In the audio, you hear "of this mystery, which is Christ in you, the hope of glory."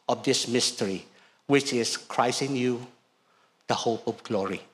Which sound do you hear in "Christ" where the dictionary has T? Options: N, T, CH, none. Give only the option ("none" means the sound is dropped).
none